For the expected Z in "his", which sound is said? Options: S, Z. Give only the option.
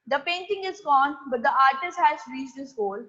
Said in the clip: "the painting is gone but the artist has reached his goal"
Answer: S